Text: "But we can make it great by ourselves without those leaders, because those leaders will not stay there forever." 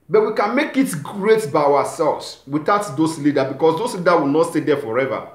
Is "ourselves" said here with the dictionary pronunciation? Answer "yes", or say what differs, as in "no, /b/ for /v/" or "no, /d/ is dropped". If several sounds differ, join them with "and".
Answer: no, /w/ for /ɹ/